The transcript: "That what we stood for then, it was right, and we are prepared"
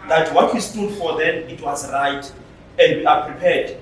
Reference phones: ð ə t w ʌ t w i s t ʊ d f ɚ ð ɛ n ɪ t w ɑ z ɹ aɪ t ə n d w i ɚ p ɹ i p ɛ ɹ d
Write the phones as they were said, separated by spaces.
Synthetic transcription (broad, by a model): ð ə t w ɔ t w i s t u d f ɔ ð ɛ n ɪ t w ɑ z ɹ aɪ t ə n d w i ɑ p ɹ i p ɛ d